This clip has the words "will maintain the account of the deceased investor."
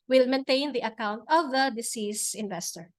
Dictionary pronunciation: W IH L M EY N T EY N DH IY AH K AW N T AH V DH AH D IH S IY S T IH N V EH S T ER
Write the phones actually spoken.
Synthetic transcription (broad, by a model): W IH L M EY N T EY N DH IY AH K AW N T AH V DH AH D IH S IY S IH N V EH S T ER